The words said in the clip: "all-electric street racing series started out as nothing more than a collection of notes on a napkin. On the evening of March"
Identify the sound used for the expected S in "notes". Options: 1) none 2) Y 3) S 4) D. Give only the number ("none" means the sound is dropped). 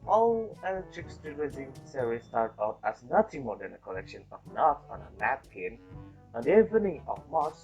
1